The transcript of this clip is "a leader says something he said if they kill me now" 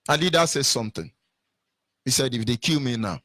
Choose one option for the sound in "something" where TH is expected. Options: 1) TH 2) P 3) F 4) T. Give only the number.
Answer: 4